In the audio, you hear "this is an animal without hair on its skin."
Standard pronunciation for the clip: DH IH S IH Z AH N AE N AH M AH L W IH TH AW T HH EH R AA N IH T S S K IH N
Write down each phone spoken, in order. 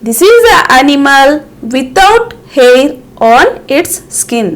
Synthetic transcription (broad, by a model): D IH S IH Z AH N AE N AH M AH L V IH T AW T HH EH R AA N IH T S S K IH N